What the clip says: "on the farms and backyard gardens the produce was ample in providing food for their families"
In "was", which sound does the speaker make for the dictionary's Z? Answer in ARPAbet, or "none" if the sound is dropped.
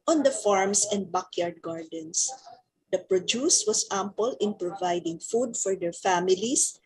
S